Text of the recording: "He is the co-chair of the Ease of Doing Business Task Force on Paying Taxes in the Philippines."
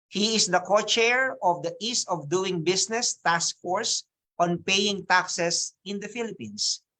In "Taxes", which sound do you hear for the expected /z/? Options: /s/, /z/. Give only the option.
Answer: /s/